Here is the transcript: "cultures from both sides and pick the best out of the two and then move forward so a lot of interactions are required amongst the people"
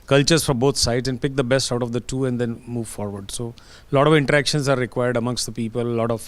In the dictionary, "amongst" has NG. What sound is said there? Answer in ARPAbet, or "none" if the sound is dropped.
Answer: NG